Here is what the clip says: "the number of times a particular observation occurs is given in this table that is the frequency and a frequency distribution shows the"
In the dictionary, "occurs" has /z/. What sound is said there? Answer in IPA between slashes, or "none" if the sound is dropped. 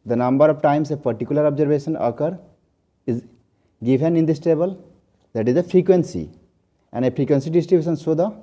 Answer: none